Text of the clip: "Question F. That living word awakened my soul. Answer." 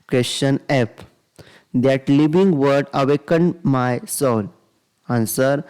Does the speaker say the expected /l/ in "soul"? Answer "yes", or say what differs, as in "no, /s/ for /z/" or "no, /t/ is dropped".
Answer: no, /n/ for /l/